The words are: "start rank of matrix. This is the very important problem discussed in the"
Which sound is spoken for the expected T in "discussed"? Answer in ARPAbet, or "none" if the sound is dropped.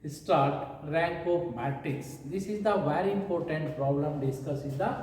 none